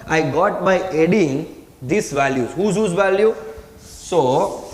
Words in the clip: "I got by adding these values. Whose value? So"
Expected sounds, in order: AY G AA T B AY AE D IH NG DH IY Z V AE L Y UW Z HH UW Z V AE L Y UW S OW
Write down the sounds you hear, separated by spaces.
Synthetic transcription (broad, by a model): AY G AA T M AY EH D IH NG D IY S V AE L Y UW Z HH UW Z V AE L Y UW S OW